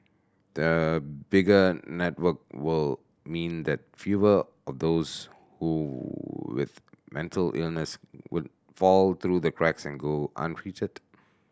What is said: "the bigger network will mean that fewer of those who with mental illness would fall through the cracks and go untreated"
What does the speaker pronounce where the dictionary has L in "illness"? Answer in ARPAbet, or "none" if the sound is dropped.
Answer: L